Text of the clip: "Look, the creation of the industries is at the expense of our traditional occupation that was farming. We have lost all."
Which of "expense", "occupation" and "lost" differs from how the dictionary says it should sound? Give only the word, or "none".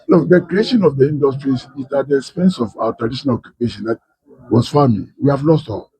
none